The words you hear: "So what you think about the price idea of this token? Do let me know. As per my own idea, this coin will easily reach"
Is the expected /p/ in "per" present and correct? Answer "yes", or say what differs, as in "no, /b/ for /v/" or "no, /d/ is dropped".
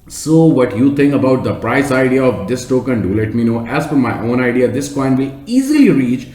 no, /f/ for /p/